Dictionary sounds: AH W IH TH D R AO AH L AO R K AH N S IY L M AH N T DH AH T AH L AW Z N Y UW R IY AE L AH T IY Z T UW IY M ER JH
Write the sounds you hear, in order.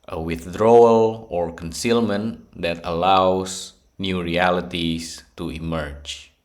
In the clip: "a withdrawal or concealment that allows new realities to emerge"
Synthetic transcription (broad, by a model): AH W IH TH D R AO AH L AO R K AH N S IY L M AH N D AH T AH L AW S N Y UW R IY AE L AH T IY S T UW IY M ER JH